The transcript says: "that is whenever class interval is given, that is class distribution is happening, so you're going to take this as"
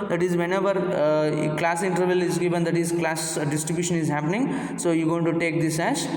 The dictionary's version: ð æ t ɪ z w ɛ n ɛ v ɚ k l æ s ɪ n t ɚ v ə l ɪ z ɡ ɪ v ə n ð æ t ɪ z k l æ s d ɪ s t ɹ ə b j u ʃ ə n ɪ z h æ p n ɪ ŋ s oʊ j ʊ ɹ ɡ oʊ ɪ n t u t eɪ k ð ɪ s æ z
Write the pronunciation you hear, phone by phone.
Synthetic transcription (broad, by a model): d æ t ɪ z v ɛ n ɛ v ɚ k l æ s ɪ n t ɚ v ə l ɪ z ɡ ɪ v ə n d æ t ɪ z k l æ s d ɪ s t ɹ ə b j u ʃ ə n ɪ z h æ p n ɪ ŋ s oʊ j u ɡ oʊ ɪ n t u t eɪ k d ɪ s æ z